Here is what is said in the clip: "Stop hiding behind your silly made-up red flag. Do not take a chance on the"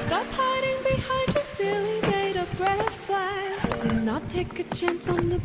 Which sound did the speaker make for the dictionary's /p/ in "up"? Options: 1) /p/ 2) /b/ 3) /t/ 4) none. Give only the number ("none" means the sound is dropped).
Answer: 2